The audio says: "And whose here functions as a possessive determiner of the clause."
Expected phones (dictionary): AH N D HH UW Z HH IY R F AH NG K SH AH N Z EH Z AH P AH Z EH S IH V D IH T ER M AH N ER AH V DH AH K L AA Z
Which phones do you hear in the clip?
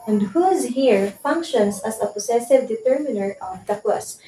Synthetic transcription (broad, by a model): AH N D HH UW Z HH IY R F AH NG K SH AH N S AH S AH P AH S EH S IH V D IH T ER M AH N ER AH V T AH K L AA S